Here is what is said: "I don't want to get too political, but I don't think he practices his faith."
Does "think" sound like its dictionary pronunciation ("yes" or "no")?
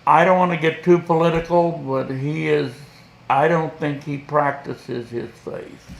yes